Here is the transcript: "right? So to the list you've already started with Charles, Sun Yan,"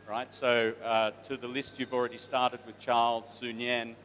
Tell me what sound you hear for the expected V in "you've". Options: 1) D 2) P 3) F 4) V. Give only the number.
4